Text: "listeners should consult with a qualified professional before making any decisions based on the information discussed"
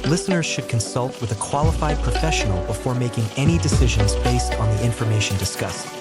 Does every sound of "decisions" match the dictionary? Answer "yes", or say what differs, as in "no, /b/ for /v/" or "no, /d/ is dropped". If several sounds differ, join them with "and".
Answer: yes